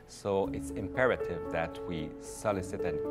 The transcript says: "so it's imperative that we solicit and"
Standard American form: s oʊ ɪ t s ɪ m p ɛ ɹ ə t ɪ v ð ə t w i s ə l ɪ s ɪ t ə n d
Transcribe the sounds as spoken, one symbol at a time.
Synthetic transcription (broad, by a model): s oʊ ɪ t s ɪ m p ɛ ɹ ə t ɪ v ð ə t w i s ə l ɪ s ɪ t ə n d